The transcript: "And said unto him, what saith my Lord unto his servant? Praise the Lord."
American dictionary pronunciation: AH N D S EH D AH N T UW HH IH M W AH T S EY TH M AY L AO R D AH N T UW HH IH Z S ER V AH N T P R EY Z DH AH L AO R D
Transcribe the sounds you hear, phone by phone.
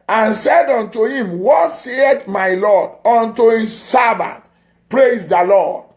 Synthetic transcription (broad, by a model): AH N S EH D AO N T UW HH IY M W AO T S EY T M AY L AO D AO N T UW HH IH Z S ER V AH N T P R EY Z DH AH L AO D